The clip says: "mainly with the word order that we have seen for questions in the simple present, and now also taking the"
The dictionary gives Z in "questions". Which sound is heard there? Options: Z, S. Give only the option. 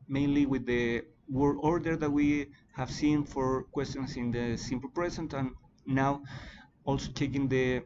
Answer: S